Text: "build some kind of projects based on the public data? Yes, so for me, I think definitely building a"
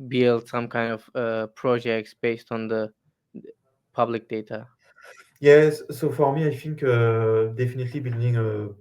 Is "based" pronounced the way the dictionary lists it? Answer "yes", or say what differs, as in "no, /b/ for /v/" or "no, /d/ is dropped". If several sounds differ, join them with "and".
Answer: yes